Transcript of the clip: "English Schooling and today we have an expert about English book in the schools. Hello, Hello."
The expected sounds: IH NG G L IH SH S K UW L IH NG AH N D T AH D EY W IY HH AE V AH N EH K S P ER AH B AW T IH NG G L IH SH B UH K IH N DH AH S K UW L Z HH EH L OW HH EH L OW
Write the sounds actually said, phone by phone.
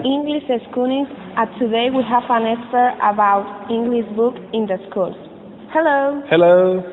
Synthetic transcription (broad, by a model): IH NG G L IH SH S K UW N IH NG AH T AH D EY W IY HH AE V AH N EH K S ER AH B AW T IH NG G L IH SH B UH K IH N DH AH S K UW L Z HH EH L OW HH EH L OW